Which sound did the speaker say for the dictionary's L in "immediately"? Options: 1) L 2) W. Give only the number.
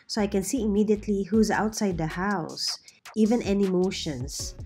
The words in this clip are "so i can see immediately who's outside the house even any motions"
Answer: 1